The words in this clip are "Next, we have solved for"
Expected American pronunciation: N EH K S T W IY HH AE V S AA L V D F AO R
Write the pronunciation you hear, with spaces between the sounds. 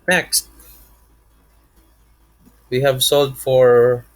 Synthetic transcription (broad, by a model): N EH K S T W IY HH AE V S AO L D F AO R